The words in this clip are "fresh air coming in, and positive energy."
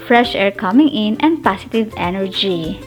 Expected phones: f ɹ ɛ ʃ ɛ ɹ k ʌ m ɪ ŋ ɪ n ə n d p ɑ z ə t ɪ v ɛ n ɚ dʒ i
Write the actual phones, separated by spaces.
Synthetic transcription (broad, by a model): f ɹ ɛ ʃ ɛ ɹ k ʌ m ɪ ŋ ɪ n ə n d p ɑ s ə t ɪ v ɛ n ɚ dʒ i